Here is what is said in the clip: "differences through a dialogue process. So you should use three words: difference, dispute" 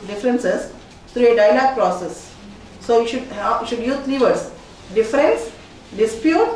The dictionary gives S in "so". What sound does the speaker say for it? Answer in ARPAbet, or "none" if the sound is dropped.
SH